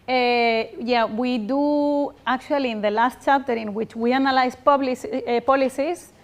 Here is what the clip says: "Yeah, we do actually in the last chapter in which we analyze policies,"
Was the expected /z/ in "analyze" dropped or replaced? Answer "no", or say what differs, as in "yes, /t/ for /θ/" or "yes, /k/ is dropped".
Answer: yes, /s/ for /z/